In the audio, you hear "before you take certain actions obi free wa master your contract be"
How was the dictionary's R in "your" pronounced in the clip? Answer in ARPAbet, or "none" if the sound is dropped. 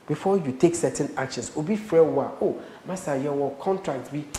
W